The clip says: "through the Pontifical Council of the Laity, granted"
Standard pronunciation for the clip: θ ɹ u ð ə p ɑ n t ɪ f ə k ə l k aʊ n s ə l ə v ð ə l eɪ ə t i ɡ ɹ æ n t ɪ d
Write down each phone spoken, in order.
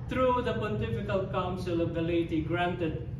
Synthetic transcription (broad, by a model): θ ɹ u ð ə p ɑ t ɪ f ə k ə l k aʊ n s ə l ə v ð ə l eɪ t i ɡ ɹ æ n t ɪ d